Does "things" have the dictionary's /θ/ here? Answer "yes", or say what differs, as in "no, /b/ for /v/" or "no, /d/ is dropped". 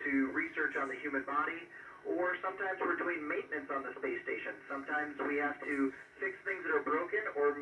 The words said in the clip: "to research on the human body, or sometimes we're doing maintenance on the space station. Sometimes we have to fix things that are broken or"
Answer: yes